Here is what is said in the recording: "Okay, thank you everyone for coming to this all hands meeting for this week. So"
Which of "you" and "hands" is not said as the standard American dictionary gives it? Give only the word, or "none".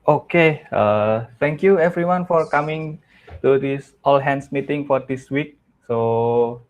hands